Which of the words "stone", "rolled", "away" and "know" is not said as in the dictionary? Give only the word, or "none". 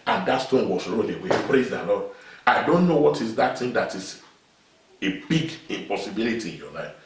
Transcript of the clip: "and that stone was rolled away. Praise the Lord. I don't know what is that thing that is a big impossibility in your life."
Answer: rolled